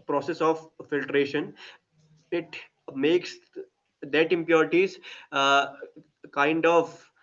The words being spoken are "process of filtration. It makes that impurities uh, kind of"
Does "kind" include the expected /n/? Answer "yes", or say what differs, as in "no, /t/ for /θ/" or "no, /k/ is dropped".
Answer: yes